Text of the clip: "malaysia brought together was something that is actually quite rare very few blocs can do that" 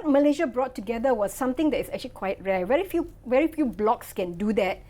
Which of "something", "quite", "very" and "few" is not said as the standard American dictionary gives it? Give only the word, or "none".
something